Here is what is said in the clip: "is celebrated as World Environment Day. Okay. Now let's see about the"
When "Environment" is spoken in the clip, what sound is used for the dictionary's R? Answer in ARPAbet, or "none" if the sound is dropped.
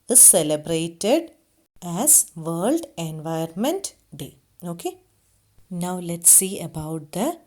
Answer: none